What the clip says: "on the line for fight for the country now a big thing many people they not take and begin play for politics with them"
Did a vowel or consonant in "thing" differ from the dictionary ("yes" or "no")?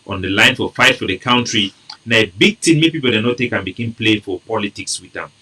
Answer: yes